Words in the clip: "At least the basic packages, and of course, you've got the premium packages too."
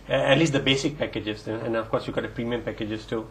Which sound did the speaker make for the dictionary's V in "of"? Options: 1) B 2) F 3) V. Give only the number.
2